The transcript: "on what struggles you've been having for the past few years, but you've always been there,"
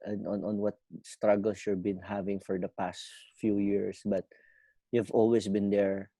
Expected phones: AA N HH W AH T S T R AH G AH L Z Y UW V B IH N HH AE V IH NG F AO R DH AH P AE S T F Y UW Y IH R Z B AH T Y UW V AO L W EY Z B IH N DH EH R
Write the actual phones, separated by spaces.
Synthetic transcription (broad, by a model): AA N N W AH T S T R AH G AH L S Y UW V B IH N HH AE V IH NG F AO R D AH P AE S T F Y UW Y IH R S B AH T Y UW V AO L W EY S B IH N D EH R